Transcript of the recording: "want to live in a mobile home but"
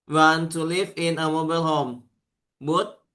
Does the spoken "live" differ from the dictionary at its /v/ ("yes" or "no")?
yes